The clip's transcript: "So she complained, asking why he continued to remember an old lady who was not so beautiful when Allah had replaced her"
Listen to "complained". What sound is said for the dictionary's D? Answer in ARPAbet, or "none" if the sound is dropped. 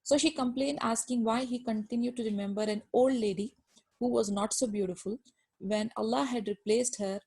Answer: D